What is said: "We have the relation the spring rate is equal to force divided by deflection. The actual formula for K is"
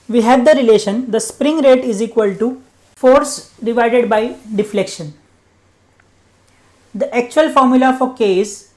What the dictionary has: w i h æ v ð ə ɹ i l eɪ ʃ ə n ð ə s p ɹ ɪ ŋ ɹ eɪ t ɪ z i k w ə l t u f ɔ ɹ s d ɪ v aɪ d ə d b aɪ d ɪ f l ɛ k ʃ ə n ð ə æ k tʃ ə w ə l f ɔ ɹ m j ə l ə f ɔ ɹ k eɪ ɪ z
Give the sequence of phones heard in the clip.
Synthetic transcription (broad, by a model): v i h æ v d ə ɹ i l eɪ ʃ ə n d ə s p ɹ ɪ ŋ ɹ eɪ t ɪ z i k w ə l t u f ɔ ɹ s d ɪ v aɪ d ə d b aɪ d ɪ f l ɛ k ʃ ə n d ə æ k tʃ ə ə l f ɔ ɹ m j ə l ə f ɔ ɹ k eɪ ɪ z